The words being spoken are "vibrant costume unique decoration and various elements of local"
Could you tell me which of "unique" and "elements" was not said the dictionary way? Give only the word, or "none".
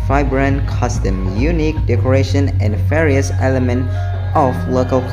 elements